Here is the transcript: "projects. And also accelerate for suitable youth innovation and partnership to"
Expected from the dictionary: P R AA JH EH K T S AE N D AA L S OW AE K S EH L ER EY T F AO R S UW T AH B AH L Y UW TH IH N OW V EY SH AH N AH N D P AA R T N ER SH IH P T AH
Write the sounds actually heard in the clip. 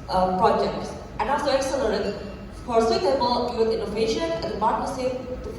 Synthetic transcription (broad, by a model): P R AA JH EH K T S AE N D AA L S OW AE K S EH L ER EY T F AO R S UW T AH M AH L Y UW T IH N OW V EY SH AH N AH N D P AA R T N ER S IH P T